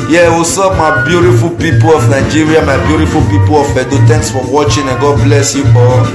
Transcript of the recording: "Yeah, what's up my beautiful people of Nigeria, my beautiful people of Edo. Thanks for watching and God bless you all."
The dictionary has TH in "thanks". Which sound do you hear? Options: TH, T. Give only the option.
T